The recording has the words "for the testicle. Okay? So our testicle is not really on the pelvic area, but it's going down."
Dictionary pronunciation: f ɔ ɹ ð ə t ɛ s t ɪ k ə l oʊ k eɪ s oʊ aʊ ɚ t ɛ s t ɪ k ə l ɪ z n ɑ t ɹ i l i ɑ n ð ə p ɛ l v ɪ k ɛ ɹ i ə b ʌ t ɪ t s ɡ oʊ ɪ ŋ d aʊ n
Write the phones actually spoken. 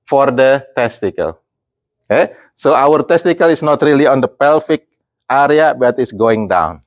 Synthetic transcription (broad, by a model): f ɔ ɹ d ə t ɛ s t ɪ k ə l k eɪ s oʊ aʊ ɚ t ɛ s t ɪ k ə l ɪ s n ɑ t ɹ i l i ɑ n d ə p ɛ l f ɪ k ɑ ɹ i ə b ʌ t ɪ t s ɡ oʊ ɪ ŋ d aʊ n